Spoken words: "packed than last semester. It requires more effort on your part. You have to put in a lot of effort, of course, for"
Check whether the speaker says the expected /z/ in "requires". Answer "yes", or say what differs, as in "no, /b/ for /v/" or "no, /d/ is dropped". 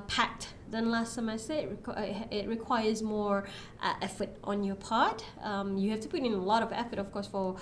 yes